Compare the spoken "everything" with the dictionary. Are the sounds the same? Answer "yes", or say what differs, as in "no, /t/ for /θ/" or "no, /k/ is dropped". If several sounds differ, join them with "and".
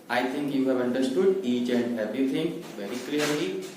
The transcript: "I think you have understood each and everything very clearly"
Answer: no, /t/ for /θ/